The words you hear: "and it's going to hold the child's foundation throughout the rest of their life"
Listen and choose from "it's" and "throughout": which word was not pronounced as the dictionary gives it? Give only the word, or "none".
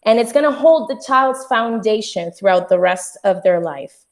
none